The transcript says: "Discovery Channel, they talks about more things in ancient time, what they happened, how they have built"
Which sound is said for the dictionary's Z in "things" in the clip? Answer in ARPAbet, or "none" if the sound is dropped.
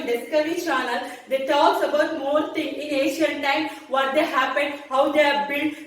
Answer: none